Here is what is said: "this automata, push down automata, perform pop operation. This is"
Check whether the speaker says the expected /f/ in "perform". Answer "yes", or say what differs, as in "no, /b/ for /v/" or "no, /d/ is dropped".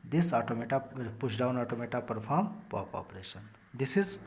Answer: no, /p/ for /f/